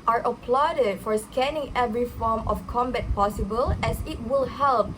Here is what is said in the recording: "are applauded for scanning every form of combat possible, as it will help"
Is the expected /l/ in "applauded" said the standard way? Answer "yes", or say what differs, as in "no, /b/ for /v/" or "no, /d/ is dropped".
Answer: yes